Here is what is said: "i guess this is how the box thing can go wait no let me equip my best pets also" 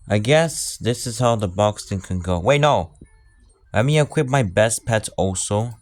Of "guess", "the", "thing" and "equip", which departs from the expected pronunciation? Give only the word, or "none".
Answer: thing